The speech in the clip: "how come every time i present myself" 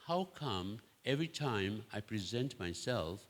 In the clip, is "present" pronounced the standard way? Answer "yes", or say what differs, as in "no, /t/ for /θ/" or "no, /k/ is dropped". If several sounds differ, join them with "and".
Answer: yes